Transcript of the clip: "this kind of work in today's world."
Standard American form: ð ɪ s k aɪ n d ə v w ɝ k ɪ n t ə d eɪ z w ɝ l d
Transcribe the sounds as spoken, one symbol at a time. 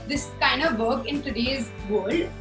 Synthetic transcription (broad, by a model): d ɪ s k aɪ n d ə v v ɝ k ɪ n t ə d eɪ z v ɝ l d